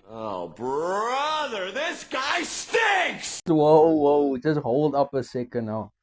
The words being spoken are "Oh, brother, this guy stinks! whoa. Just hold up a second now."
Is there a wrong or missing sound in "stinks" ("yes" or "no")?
yes